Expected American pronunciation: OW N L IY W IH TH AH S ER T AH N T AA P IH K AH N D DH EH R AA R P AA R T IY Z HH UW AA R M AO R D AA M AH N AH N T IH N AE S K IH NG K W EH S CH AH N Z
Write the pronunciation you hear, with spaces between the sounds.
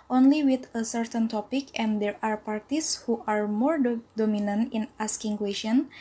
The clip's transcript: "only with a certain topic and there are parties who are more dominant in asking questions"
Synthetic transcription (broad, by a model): OW N L IY W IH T AH S ER T AH N T AA P IH K AH N D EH R AA R P AA R T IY S HH UW AA R M AO R D AA M AH N AH N T IH N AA S K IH NG K W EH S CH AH N